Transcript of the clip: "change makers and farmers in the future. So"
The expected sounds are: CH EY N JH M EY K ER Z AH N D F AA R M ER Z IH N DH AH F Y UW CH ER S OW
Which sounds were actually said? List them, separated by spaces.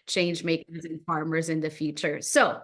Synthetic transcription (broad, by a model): CH EY N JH M EY K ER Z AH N F AA R M ER Z IH N DH AH F Y UW CH ER S OW